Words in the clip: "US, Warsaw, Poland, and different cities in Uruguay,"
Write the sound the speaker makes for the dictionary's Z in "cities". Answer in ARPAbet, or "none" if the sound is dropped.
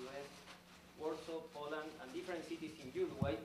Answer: S